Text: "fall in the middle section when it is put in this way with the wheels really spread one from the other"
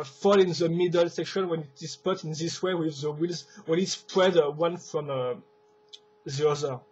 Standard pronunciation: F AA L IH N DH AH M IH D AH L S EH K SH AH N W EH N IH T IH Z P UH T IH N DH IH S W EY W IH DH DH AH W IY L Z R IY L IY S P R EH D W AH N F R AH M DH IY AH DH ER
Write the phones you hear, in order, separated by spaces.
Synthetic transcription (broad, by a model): F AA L IH N DH AH M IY D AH L S EH K SH AH N W EH N IH T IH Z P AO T IH N DH IH S W EY W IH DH DH AH W IY L Z W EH N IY S P R EH D W AH N F R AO M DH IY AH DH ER